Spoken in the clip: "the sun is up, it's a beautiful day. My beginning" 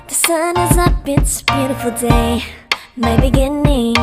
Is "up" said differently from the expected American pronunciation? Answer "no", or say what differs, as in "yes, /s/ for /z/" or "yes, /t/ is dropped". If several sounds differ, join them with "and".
yes, /b/ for /p/